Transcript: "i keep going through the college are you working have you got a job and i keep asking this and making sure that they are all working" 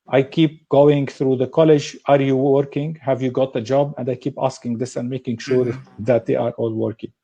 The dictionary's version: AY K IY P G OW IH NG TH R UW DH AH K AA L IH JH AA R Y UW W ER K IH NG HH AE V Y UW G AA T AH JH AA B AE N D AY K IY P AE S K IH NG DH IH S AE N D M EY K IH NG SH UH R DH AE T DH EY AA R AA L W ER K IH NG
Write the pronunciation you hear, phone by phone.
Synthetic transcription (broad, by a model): AY K IY P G OW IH NG TH R UW DH AH K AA L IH JH AA R Y UW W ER K IH NG HH AE V Y UW G AA T AH JH AA B AE N D AY K IY P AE S K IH NG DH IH S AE N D M EY K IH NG SH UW R DH AE T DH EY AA R AA L W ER K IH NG